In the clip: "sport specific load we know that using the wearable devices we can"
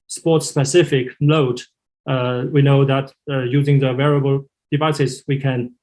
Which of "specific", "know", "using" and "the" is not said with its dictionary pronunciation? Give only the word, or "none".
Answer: none